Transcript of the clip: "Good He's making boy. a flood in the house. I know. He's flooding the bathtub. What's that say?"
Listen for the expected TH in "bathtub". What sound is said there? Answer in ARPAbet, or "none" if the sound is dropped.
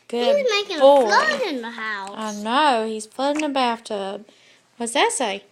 F